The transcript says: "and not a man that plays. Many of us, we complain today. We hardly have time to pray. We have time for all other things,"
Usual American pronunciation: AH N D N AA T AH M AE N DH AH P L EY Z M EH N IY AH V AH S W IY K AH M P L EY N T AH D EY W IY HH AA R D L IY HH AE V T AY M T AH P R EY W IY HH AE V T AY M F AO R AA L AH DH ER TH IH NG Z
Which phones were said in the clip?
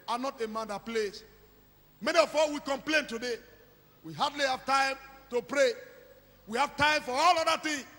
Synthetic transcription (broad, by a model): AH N N AA T AH M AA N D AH P L EY S M EH N IY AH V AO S W IY K AH M P L EY N T AH D EY W IY HH AA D L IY HH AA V T AY M T AH P R EY W IY HH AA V T AY M F AO R AA L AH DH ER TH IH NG